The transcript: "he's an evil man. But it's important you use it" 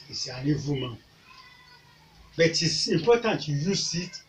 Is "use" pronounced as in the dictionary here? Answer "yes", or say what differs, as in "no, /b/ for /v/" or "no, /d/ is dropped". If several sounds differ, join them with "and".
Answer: yes